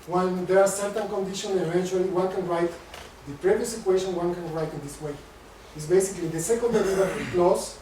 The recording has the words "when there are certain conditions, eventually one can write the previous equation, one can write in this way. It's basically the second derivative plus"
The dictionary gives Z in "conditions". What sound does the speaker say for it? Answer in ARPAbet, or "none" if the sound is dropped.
none